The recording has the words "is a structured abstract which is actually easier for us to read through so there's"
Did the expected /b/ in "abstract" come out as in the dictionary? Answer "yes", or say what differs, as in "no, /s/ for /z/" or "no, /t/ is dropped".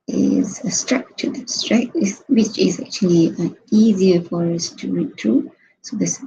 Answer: no, /b/ is dropped